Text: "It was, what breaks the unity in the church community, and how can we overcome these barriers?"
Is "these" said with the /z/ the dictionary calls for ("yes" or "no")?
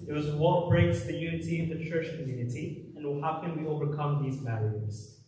yes